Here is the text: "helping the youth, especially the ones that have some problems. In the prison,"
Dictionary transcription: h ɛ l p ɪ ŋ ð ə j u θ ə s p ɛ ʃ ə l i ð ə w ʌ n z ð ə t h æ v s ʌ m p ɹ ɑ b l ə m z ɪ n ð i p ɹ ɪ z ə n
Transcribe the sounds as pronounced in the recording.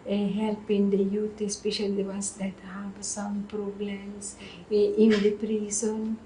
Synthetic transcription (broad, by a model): h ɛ l p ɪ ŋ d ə j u t ə s p ɛ ʃ ə l i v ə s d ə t h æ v s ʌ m p ɹ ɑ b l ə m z ɪ n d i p ɹ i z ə n